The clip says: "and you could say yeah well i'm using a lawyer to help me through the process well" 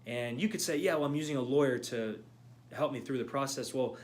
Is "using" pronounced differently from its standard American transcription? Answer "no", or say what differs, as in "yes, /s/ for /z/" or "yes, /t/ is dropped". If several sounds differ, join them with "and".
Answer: no